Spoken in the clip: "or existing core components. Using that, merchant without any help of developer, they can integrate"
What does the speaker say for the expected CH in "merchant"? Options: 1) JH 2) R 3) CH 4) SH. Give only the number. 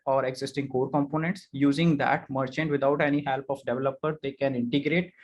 3